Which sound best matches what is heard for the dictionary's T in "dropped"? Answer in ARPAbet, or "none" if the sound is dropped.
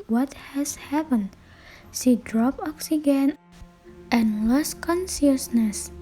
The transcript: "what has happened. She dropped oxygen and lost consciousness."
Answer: none